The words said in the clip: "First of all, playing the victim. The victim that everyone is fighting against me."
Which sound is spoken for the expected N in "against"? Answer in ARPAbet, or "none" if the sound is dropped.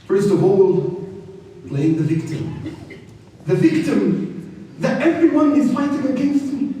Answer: N